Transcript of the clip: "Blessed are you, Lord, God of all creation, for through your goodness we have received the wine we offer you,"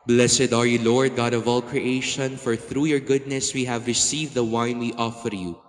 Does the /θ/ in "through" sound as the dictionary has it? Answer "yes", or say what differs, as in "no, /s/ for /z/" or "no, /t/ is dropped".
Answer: yes